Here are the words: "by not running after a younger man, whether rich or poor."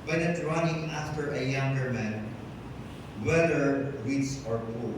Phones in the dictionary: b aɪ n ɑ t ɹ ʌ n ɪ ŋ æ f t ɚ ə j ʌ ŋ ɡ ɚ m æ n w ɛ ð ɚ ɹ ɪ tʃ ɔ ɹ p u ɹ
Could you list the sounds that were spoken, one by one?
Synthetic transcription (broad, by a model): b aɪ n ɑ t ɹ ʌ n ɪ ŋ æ f t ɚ ə j ʌ ŋ ɡ ɚ m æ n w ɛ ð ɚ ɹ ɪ s ɔ ɹ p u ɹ